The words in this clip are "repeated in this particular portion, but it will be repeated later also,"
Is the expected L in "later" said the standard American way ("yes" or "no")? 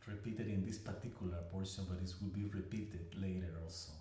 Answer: yes